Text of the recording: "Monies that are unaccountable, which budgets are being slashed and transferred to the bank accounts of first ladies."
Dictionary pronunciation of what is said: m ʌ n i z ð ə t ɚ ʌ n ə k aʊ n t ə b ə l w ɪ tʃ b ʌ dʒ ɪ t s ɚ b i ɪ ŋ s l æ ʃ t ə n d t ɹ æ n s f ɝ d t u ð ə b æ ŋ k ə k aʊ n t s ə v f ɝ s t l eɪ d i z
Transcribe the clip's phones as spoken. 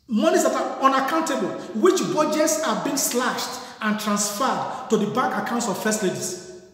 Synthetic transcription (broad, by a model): m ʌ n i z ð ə t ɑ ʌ n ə k aʊ n t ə b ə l w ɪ tʃ b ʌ dʒ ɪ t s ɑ b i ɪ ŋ s l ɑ ʃ t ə n t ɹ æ n s f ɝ d t u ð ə b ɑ k ə k aʊ n t s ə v f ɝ s t l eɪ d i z